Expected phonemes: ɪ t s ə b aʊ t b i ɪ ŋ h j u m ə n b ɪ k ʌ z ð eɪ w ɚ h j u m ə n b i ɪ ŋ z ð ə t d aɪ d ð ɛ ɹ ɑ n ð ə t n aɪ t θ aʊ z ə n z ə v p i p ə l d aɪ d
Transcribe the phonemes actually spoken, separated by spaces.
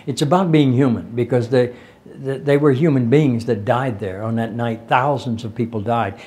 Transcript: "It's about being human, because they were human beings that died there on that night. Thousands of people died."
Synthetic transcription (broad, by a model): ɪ t s ə b aʊ t b i ɪ ŋ h j u m ə n b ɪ k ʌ z ð eɪ w ɚ h j u m ə n b i ɪ ŋ z ð ə t d aɪ d ð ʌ ɹ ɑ n ð ə t n aɪ t θ aʊ z ə n z ə v p i p l d aɪ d